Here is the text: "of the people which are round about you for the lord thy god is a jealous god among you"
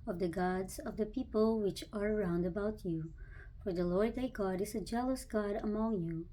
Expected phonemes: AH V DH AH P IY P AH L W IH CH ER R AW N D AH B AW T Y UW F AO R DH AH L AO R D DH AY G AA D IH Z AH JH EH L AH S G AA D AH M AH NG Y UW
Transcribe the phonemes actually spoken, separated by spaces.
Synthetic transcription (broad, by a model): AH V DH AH P IY P AH L W IH CH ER R AW N D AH B AW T Y UW F AO R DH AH L AO R D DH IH G AA D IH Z AH JH EH L AH S G AA D AH M AH NG Y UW